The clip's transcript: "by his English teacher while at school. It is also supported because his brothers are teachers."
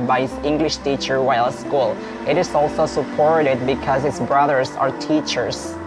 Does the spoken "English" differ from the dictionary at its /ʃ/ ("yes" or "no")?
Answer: no